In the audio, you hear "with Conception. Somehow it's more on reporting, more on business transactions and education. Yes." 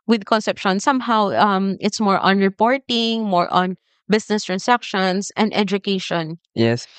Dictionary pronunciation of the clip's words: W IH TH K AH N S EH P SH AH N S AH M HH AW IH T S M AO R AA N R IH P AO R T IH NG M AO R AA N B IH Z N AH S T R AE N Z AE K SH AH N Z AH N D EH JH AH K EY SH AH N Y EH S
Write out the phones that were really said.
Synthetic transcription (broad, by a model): W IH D K AH N S EH P SH AH N S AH M HH AW IH T S M AO R AA N R IH P AO R T IH NG M AO R AA N B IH S N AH S T R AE N S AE K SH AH N S AH N D EH JH AH K EY SH AH N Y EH S